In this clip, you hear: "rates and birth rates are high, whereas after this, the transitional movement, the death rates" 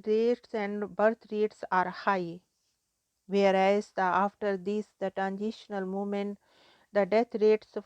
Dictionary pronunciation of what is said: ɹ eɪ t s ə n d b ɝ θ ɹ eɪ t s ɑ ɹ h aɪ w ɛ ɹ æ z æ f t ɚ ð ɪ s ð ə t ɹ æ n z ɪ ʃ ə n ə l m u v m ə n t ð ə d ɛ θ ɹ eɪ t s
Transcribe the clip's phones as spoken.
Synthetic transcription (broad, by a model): ɹ eɪ t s ə n d b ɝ t ɹ eɪ t s ɑ ɹ h aɪ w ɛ ɹ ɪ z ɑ f t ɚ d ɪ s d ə t ɹ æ n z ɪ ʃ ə n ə l m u m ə n t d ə d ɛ t ɹ eɪ t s